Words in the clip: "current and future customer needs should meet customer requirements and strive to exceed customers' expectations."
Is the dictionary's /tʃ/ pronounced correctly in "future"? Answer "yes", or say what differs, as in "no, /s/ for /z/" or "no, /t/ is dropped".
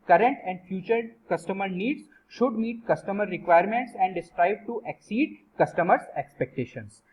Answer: yes